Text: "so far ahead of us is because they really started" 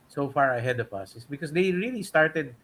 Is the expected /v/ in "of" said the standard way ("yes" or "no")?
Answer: no